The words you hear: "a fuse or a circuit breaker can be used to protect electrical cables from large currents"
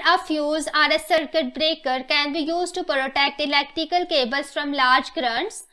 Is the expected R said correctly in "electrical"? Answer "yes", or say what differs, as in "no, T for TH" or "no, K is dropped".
no, R is dropped